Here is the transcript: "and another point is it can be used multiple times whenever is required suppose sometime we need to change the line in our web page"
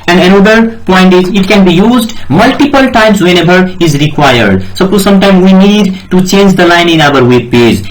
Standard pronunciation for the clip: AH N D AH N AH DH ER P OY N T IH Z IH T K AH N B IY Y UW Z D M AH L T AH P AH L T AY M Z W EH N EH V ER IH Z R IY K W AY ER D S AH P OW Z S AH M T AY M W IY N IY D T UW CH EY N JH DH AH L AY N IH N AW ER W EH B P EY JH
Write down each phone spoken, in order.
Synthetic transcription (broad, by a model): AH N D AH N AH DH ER P OY N T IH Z IH T K AH N B IY Y UW Z D M AH L T AH P AH L T AY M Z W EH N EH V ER IH Z R IY K W AY ER D S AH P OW S AH M T AY M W IY N IY D T UW CH EY N JH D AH L AY N IH N AW ER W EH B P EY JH